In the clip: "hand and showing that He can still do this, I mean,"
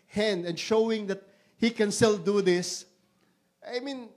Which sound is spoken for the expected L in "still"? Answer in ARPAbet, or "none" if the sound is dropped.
L